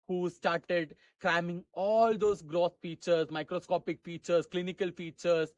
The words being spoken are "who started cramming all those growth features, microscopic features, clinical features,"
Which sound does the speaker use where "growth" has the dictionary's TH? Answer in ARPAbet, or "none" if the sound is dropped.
S